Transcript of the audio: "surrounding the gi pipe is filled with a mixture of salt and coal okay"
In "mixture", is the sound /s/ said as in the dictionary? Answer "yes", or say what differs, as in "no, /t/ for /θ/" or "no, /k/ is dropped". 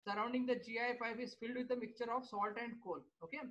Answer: no, /s/ is dropped